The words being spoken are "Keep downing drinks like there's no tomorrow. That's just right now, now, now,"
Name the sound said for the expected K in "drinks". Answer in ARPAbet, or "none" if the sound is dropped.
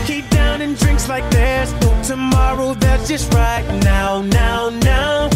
K